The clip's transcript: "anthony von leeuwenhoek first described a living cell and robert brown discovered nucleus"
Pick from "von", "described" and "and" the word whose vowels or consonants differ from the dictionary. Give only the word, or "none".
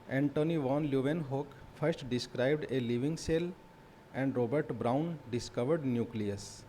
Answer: none